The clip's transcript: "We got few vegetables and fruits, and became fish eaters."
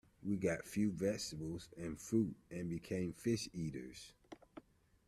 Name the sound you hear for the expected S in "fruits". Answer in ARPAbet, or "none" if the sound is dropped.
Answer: none